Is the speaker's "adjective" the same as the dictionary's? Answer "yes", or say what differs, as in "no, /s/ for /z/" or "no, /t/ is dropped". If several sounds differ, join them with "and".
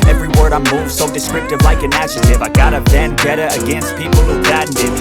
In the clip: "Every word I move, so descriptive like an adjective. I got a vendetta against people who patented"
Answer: no, /ʃ/ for /dʒ/ and /k/ is dropped